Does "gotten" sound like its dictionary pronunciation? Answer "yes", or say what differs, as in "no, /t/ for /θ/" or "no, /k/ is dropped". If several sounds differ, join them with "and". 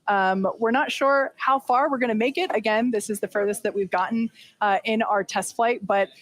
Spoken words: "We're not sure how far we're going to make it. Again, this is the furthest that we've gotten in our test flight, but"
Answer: no, /n/ is dropped